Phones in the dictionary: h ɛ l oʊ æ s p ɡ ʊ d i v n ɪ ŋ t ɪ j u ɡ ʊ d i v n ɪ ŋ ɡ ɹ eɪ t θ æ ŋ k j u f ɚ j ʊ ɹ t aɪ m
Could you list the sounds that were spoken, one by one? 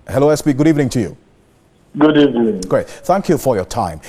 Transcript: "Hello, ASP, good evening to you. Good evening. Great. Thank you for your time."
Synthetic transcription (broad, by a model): h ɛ l oʊ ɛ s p ɡ ʊ d i v n ɪ ŋ t ɪ j u ɡ ʊ d i v n ɪ ŋ ɡ ɹ eɪ t θ æ ŋ k j u f ɚ j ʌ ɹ t aɪ m